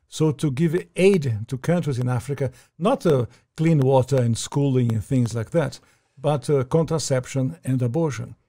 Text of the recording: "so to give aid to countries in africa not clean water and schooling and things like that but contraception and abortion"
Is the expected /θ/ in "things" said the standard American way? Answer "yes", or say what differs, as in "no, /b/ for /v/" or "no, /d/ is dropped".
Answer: yes